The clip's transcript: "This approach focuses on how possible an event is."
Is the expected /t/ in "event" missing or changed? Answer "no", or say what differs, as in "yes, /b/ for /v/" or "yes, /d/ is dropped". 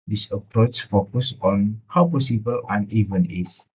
yes, /t/ is dropped